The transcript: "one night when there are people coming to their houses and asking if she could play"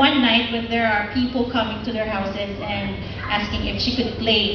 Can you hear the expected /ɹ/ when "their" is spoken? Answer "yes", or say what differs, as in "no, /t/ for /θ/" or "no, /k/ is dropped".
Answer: yes